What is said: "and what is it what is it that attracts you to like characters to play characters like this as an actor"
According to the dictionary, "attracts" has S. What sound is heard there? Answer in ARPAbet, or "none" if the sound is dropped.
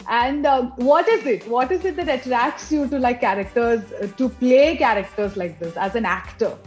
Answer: S